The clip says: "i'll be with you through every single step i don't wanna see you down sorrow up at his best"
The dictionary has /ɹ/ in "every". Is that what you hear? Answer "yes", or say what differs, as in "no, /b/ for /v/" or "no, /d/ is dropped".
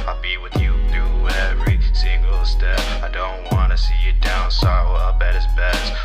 yes